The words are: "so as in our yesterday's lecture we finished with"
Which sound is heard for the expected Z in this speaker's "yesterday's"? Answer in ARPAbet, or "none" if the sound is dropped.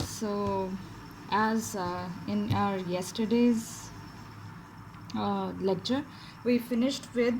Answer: Z